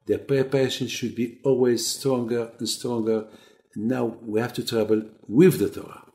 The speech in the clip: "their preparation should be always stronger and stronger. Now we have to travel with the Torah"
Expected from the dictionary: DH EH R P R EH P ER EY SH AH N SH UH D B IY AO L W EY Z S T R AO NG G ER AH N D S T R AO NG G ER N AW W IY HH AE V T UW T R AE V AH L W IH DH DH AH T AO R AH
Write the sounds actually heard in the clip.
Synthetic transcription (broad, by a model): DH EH P R EH P ER EY SH AH N SH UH D B IY AO L W EY Z S T R AO NG G ER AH N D S T R AO NG G ER N AW W IY HH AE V T UW T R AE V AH L W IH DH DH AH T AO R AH